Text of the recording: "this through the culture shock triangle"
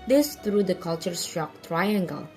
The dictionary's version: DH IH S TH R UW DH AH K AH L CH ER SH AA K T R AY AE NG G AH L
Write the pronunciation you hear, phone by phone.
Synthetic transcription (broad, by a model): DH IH S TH R UW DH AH K AH L CH ER S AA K T R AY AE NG G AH L